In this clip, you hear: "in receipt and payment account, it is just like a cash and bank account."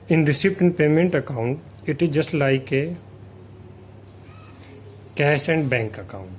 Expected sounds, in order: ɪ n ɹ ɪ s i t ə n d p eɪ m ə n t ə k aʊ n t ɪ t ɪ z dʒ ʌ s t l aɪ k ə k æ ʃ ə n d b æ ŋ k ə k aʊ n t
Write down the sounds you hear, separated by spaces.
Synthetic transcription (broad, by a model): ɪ n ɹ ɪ s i t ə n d p eɪ m ə n t ə k aʊ n t ɪ t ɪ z dʒ ʌ s t l aɪ k ə k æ s ə n d b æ ŋ k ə k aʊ n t